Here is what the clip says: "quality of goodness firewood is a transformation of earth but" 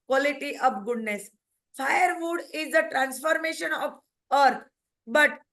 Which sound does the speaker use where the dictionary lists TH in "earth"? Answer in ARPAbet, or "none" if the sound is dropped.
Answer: T